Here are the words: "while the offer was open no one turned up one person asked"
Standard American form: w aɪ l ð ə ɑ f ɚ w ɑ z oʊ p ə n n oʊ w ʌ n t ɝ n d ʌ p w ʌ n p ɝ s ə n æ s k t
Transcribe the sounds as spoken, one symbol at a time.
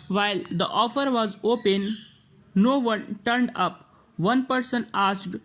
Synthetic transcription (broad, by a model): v aɪ l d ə ɑ f ɚ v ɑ z oʊ p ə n n oʊ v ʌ n t ɝ n d ʌ p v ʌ n p ɝ s ə n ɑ s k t